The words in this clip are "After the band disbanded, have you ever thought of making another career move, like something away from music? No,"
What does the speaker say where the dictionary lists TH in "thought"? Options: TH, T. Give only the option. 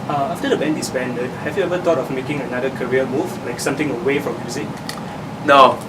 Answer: T